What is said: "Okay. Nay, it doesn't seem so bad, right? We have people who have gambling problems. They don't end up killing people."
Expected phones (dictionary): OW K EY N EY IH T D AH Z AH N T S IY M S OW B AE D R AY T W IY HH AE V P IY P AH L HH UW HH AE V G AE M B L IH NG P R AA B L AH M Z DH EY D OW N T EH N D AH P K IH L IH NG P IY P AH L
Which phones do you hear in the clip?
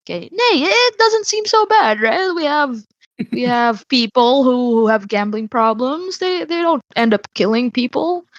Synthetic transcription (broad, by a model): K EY N EY IH T D AH Z AH N T S IY M S OW B AE D R AY T W IY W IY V P IY P L HH UW HH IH V G AE M B L IH NG P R AA B L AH M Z DH EY D OW N T EH N D AH P K IH L IH NG P IY P L